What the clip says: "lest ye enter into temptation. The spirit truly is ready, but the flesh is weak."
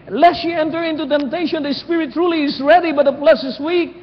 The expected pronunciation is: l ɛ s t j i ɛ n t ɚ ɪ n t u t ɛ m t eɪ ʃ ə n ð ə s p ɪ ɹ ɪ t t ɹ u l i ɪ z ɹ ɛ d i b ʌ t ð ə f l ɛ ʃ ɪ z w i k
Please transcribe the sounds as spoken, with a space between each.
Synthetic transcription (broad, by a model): l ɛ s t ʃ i ɛ n t ɚ ɪ n t u t ɛ m t eɪ ʃ ə n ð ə s p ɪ ɹ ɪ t t ɹ u l i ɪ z ɹ ɛ d i b ʌ t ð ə p l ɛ s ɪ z w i k